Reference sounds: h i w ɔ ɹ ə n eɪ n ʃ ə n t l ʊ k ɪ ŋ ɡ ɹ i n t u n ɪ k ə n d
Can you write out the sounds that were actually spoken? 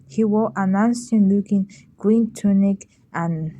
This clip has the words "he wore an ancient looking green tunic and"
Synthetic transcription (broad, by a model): h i w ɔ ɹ ə n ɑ n s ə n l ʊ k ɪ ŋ ɡ ɹ i n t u n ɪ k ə n